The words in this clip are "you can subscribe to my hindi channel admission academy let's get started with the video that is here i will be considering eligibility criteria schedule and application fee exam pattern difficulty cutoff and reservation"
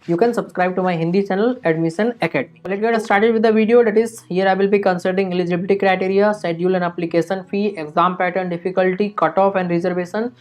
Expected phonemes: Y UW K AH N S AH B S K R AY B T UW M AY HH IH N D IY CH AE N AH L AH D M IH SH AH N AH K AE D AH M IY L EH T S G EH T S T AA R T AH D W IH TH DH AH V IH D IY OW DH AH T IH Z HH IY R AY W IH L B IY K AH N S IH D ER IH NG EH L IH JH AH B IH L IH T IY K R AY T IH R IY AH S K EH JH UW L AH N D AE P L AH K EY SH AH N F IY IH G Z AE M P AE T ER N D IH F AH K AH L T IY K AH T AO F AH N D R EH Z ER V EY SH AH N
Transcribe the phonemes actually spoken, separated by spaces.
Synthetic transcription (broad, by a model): Y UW K AH N S AH B S K R AY B T UW M AY HH IH N D IY CH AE N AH L AH D M IH SH AH N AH K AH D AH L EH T G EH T S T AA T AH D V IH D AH V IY D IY OW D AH T IH Z HH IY R AY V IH L B IY K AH N S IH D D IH NG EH L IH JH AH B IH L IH T IY K R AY T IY R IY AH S EH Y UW L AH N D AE P L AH K EY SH AH N F IY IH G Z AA M P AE T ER N D IH F AH K AH L T IY K AH T AO F AH N D R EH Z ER V EY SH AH N